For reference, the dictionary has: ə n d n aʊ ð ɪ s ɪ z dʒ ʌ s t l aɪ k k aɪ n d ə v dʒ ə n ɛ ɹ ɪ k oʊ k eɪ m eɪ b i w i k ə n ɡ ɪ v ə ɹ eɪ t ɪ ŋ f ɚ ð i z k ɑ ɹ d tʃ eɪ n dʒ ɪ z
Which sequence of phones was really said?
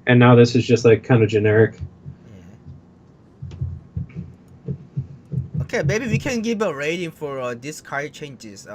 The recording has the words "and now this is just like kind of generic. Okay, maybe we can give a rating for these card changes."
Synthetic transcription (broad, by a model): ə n n aʊ ð ɪ s ɪ z dʒ ʌ s t l aɪ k k aɪ n d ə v dʒ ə n ɛ ɹ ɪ k oʊ k eɪ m eɪ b i w i k ə n ɡ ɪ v ə ɹ eɪ t ɪ ŋ f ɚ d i s k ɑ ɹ tʃ eɪ n dʒ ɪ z